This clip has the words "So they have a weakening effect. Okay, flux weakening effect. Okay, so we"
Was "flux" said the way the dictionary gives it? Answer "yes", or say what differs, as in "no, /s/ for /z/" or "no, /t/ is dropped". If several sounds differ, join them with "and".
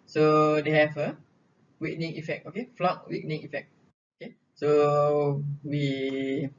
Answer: no, /s/ is dropped